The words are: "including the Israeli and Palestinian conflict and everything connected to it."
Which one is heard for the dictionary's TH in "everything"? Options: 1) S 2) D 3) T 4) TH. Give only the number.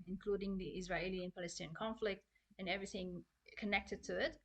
4